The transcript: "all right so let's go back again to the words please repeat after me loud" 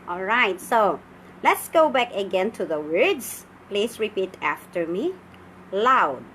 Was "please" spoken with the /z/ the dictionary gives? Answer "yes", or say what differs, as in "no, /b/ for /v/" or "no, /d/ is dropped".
no, /s/ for /z/